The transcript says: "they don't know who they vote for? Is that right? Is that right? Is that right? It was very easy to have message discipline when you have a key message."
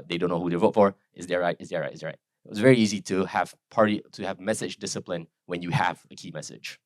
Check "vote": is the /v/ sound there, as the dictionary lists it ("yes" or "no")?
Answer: yes